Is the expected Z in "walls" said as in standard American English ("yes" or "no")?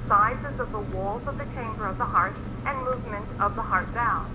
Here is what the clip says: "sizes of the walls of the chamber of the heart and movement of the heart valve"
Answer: yes